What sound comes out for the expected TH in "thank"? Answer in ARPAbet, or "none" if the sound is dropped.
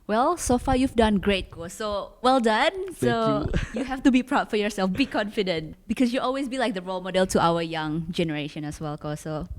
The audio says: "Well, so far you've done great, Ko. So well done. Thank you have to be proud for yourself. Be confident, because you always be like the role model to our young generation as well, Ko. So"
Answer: S